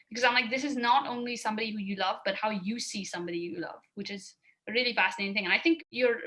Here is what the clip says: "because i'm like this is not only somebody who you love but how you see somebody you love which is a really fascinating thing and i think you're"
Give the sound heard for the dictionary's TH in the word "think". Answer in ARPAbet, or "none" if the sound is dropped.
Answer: TH